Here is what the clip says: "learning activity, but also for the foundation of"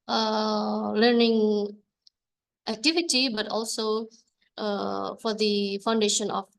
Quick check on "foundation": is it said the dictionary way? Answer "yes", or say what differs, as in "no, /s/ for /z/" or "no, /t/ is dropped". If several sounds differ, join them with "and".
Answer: yes